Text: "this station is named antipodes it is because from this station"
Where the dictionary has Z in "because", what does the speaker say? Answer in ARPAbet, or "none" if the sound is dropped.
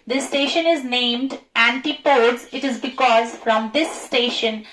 Z